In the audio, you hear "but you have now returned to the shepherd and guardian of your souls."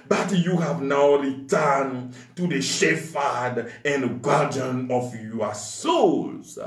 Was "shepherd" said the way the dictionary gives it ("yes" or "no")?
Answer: no